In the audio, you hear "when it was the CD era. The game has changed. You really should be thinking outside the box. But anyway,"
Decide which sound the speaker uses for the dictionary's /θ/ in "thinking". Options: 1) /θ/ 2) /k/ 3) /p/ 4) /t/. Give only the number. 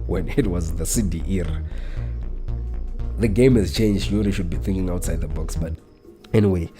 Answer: 1